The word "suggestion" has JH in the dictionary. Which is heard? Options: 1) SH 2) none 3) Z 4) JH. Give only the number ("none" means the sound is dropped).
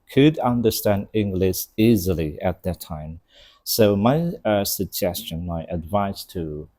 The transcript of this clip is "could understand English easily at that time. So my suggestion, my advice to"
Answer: 4